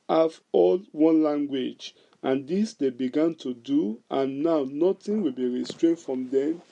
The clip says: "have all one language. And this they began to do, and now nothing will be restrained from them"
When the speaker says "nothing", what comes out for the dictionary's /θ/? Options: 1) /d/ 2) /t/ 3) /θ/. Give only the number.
2